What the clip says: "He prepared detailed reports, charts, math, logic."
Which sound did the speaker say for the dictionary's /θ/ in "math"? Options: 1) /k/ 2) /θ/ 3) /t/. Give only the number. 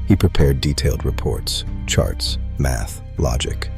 2